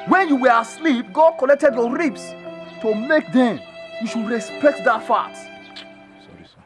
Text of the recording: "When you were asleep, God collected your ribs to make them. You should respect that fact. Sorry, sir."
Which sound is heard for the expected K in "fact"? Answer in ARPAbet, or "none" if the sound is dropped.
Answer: none